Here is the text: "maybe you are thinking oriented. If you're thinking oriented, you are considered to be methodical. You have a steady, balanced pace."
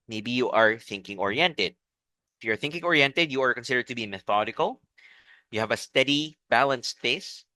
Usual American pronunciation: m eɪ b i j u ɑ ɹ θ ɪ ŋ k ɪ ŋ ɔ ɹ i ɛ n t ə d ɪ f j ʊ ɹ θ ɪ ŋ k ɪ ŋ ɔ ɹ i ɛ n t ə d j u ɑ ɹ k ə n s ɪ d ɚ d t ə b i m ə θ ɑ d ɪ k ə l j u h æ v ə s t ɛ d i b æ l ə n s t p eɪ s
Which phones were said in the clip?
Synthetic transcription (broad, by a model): m eɪ b i j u ɑ ɹ θ ɪ ŋ k ɪ ŋ ɔ ɹ i ɛ n t ə d ɪ f j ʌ ɹ θ ɪ ŋ k ɪ ŋ ɔ ɹ i ɛ n t ə d j u ɑ ɹ k ə n s ɪ d ɚ d t ə b i m ə θ ɑ d ɪ k ə l j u h æ v ə s t ɛ d i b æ l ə n s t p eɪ s